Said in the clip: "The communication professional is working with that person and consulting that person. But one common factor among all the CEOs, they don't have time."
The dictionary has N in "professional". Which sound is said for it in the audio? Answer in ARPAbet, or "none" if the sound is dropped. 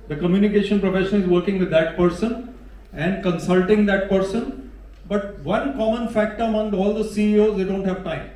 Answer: none